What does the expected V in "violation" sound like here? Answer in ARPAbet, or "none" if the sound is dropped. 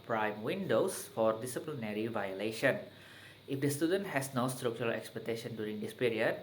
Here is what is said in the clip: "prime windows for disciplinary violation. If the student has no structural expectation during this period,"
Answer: V